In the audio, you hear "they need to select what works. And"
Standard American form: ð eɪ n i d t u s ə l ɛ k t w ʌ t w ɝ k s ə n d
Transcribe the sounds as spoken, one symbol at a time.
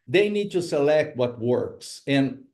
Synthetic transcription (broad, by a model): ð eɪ n i d t u s ə l ɛ k t w ʌ t w ɝ k s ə n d